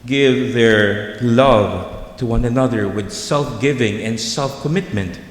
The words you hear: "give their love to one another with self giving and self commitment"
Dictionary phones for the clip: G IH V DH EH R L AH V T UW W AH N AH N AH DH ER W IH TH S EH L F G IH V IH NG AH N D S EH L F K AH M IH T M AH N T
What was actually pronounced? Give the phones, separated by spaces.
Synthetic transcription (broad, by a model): G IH V DH EH R L AH V T UW W AH N AH N AH DH ER W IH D S EH L F G IH V IH NG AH N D S EH L F K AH M IH T M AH N T